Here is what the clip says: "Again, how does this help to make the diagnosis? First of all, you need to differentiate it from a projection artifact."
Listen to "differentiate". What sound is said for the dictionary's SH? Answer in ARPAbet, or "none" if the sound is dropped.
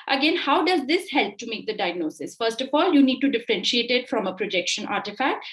SH